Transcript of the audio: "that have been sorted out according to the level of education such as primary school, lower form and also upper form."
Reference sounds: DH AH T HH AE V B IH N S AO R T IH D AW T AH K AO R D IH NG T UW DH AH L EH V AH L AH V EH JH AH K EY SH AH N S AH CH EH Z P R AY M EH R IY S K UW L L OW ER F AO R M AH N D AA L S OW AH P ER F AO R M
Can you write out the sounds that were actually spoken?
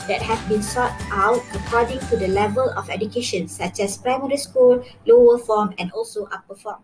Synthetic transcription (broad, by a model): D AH T HH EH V B IH N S AO T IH UH T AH K AO D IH NG T UW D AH L EH V AH L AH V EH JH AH K EY SH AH N S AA CH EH S P R AY M EH R IY S K UW L L OW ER F AO M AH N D AA L S OW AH P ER F AO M